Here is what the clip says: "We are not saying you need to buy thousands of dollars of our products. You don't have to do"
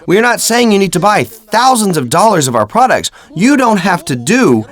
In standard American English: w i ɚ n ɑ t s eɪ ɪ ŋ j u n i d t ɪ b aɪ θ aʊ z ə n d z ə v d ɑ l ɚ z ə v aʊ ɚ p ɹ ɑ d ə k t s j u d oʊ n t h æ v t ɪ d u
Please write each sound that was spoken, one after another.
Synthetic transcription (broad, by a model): w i ɚ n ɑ t s eɪ ɪ ŋ j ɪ n i d t ɪ b aɪ θ aʊ z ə n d z ə v d ɑ l ɚ z ə v aʊ ɚ p ɹ ɑ d ə k t s j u d oʊ n t h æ f t ɪ d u